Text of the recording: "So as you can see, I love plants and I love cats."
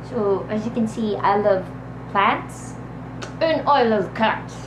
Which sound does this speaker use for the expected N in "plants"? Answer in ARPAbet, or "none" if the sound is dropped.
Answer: none